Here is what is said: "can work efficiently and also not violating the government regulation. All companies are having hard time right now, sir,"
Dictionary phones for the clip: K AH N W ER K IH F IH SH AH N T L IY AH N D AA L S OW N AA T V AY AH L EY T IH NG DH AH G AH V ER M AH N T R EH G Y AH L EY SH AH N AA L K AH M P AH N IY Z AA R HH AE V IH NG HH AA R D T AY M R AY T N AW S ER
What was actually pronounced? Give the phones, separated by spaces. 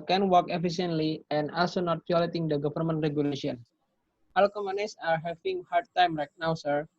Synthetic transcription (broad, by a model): K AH N W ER K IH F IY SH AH N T L IY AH N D AA L S OW N AA T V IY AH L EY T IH NG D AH G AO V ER M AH N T R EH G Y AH L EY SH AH N AA L K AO M AH N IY S AA R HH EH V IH NG HH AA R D T AY M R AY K N AW S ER